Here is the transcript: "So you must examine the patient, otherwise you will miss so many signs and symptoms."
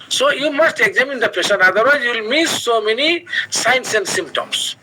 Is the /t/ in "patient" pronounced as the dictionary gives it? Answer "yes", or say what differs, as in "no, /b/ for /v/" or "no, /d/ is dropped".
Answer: no, /t/ is dropped